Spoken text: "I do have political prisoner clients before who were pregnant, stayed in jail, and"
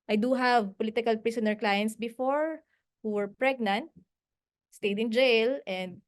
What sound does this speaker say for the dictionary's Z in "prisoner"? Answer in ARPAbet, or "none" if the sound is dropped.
S